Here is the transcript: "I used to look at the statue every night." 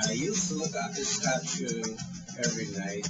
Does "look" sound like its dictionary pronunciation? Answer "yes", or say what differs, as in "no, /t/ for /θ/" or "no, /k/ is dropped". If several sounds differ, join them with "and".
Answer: yes